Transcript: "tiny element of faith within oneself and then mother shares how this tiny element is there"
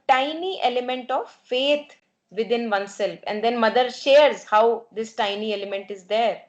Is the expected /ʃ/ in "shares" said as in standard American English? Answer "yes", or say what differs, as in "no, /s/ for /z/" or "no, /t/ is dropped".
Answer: yes